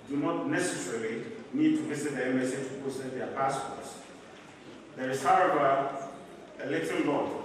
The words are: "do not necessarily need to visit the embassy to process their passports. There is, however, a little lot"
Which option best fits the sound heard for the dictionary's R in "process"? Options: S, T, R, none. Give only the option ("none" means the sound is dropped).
none